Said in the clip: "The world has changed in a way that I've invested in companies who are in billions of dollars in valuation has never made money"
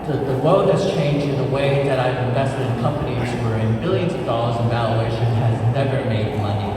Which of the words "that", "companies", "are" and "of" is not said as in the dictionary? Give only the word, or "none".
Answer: none